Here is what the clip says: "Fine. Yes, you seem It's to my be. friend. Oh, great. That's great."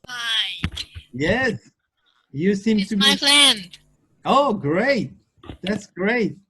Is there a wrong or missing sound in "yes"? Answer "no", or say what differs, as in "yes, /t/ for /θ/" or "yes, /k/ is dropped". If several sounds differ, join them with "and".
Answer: no